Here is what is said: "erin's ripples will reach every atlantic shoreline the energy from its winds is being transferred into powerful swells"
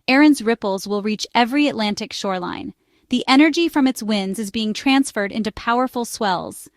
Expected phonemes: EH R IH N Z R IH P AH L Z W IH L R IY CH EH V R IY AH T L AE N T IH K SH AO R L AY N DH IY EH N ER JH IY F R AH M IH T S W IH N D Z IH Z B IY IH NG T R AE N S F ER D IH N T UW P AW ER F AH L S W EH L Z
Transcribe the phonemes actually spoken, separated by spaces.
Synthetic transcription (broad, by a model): EH R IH N Z R IH P L Z W IH L R IY CH EH V R IY AH T L AE N T IH K SH AO R L AY N DH IY EH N ER JH IY F R AH M IH T S W IH N D Z IH Z B IY IH NG T R AE N S F ER D IH N T UW P AW ER F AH L S W EH L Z